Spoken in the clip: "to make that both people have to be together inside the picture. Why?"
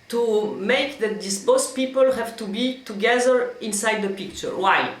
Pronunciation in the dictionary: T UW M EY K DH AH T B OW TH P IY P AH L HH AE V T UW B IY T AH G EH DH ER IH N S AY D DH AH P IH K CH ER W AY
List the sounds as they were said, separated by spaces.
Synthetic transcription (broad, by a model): T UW M EY K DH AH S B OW S P IY P AH L HH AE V T UW B IY T AH G EH DH ER IH N S AY D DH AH P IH K CH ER W AY